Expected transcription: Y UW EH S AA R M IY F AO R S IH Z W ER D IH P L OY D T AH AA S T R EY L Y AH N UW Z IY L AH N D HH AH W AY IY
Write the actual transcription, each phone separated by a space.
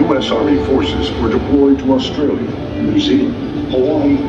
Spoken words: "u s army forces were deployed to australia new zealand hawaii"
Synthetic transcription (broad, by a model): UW EH S AA R M IY F AO R S IH Z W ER D IH P L OY D T AH AA S T R EY L Y AH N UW S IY AH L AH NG